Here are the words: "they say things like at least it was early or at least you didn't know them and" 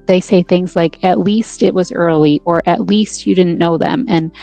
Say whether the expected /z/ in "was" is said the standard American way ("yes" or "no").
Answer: yes